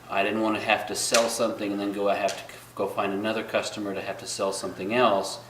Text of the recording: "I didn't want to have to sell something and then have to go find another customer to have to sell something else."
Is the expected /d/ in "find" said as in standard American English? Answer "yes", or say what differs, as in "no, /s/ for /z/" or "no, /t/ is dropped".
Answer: yes